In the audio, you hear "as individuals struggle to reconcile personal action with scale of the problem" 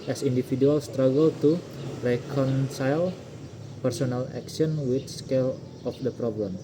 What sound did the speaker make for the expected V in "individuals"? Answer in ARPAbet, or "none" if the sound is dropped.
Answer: F